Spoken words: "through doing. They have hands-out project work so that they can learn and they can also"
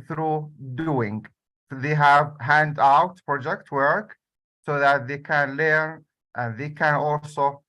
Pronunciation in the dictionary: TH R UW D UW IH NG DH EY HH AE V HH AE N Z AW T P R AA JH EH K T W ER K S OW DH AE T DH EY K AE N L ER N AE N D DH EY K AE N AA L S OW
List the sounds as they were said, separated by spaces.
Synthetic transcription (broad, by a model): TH R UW D UW IH NG DH EY HH AE V HH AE N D AW T P R AA JH EH K T W ER K S OW DH AE T DH EY K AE N L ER N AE N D DH EY K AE N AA L S OW